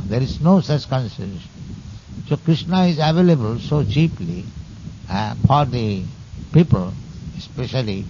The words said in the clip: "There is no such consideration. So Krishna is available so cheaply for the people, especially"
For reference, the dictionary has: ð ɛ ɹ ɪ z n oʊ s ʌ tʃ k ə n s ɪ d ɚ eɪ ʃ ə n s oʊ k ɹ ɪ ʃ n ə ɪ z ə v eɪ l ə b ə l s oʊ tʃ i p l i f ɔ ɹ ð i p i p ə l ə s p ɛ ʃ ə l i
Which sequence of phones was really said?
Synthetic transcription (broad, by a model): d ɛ ɹ ɪ z n oʊ s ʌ s k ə n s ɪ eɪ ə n s oʊ k ɹ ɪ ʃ n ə ɪ z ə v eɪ l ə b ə l s oʊ tʃ i p l i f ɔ ɹ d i p i p ə l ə s p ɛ ʃ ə l i